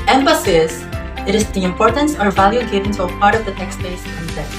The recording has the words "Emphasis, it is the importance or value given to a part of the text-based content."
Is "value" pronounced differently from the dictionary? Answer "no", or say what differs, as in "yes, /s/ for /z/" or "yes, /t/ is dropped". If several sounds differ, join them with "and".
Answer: no